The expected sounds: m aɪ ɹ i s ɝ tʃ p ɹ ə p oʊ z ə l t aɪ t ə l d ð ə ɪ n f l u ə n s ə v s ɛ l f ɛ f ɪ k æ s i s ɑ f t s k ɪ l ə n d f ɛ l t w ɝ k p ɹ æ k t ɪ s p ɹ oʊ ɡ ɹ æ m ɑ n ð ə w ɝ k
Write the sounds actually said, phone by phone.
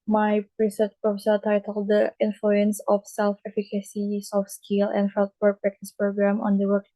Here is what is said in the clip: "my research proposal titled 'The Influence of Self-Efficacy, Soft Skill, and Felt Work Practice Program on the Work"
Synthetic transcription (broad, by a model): m aɪ ɹ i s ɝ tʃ p ɹ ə f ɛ s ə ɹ t aɪ t ə l d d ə ɪ n f l u ə n s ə f s ɛ l f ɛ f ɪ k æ s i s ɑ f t s k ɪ l ə n d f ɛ l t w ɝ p ɹ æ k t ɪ s p ɹ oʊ ɡ ɹ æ m ɑ n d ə w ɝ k